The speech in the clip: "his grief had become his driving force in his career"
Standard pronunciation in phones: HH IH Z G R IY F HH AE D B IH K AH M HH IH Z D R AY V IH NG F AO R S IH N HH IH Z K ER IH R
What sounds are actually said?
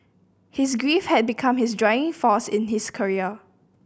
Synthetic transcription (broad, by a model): HH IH S G R IY F HH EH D B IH K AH M HH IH S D R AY IH NG F AO S IH N HH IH S K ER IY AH